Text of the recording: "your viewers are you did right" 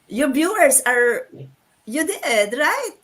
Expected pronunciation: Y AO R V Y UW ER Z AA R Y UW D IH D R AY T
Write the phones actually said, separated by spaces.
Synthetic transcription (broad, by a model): Y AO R B Y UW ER S AA R Y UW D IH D R AY T